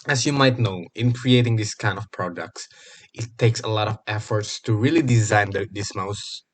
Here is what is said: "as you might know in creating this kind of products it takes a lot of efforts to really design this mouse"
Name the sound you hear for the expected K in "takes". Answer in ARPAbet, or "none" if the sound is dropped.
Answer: K